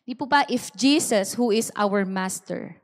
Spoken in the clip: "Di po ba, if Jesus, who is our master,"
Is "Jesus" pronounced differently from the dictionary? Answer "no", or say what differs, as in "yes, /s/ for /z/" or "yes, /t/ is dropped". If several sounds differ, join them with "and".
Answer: yes, /s/ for /z/